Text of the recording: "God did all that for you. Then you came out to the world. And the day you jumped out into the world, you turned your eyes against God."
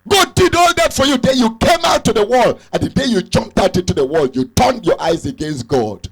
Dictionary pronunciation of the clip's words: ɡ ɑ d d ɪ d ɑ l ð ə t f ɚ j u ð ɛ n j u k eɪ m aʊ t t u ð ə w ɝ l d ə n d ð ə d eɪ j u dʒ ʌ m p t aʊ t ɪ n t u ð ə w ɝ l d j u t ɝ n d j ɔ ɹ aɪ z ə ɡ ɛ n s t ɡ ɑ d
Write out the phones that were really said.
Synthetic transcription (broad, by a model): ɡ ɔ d d ɪ d ɑ l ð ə t f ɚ j u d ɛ j u k eɪ m aʊ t t u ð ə w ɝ l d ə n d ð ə d eɪ j u dʒ ʌ m p t aʊ t ɪ n t u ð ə w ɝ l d j u t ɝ n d j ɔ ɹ aɪ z ə ɡ ɛ n s t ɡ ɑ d